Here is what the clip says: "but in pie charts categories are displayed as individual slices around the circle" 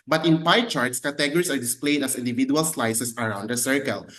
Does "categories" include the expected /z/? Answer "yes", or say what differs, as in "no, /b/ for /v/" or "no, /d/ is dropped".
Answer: no, /s/ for /z/